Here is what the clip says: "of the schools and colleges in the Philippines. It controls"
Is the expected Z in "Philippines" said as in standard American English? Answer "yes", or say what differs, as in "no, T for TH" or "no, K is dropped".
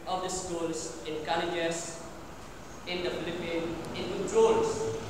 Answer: no, Z is dropped